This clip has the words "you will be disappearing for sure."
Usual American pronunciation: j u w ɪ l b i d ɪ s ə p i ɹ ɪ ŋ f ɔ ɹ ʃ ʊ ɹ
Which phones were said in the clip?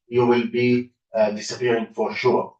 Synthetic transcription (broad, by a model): j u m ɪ l b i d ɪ s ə f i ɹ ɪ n f ɔ ɹ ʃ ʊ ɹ